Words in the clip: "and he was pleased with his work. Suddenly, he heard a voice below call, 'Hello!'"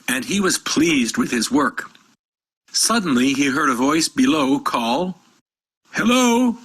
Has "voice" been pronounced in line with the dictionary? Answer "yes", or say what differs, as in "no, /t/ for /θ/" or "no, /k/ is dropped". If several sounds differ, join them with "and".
yes